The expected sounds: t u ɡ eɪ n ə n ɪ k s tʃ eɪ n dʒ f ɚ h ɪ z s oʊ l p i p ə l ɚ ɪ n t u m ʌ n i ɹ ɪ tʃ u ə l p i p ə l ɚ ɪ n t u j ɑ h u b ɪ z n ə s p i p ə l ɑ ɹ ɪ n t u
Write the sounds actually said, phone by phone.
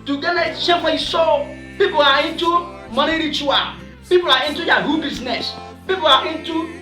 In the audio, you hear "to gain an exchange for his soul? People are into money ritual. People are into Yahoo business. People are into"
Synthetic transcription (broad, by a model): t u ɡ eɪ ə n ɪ s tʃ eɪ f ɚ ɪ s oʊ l p i p ə l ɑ ɪ n t u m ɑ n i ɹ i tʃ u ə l p i p ə l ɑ ɪ n t u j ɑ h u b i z n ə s p i p ə l ɑ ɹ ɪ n t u